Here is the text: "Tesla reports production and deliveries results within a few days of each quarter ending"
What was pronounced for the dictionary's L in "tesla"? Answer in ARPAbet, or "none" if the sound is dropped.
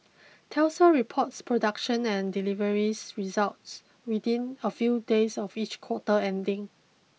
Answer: none